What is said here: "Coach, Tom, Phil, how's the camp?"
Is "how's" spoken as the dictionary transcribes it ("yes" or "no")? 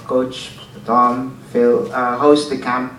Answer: no